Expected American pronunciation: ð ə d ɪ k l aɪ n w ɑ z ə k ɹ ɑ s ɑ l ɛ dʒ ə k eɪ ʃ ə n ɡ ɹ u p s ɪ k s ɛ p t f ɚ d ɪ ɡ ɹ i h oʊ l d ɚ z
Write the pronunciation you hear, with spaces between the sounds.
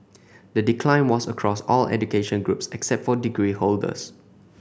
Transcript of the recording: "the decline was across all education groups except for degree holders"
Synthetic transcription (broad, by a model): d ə d ɪ k l aɪ n w ɑ s ə k ɹ ɑ s ɑ l ɛ dʒ ə k eɪ ʃ ə n ɡ ɹ u p s ɪ k s ɛ p t f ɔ d ɪ ɡ ɹ i h oʊ l d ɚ s